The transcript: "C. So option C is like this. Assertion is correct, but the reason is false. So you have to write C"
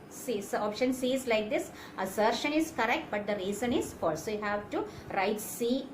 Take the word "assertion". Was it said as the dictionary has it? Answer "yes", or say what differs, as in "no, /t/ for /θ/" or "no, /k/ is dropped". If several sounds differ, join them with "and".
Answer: yes